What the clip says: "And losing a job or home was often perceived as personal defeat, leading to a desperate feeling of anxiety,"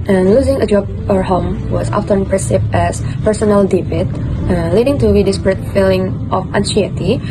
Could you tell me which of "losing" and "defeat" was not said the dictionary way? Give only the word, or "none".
defeat